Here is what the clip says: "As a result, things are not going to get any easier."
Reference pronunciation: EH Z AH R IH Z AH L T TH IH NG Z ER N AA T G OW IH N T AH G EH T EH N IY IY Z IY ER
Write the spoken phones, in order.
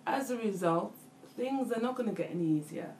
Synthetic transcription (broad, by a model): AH Z AH R IH Z AH L T TH IH NG Z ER N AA T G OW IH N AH G EH T EH N IY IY Z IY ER